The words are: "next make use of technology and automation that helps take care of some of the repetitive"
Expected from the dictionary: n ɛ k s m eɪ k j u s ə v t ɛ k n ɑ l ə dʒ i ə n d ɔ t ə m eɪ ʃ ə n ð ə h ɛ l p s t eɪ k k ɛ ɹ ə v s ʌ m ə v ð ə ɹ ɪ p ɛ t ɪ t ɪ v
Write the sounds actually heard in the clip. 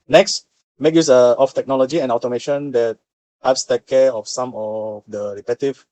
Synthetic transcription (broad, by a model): n ɛ k s m eɪ k j u s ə f t ɛ k n ɑ l ə dʒ i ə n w t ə m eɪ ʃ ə n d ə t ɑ p s t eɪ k k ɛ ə f s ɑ m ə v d ə ɹ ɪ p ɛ t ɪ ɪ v